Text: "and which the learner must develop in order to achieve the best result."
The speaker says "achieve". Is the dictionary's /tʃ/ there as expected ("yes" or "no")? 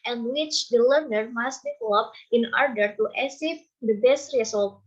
no